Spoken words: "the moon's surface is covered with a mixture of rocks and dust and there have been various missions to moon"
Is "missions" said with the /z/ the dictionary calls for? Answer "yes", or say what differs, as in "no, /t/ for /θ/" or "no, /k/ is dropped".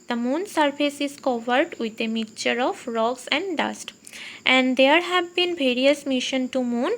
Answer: no, /z/ is dropped